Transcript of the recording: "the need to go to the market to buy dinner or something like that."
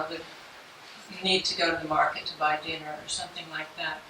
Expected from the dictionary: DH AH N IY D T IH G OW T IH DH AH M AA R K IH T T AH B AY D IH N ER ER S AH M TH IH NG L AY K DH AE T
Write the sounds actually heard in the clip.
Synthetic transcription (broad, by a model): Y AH N IY D T IH G OW T IH DH AH M AA R K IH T T AH B AY D IH N ER ER S AH M TH IH NG L AY K DH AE T